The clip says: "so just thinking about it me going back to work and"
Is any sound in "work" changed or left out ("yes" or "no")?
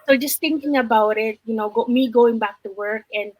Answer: no